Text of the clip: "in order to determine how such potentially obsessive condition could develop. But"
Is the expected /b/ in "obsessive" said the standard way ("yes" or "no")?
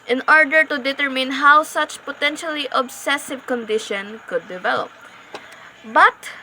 yes